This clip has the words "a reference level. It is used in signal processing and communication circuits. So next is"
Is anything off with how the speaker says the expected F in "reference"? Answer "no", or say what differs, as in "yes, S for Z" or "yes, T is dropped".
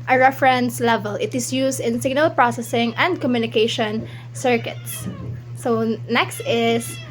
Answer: no